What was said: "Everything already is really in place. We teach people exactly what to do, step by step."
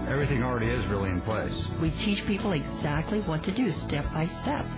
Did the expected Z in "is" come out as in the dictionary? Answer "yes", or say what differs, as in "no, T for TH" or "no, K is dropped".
yes